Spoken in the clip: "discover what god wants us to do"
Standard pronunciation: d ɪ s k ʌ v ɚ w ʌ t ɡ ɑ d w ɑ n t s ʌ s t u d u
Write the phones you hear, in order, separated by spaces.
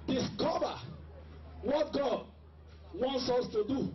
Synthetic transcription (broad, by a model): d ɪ s k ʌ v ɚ w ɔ t ɡ ɑ d w ɑ n t s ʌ s t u d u